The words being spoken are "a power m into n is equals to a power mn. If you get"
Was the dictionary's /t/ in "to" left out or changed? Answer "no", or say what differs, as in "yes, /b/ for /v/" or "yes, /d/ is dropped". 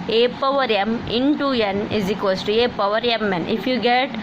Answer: no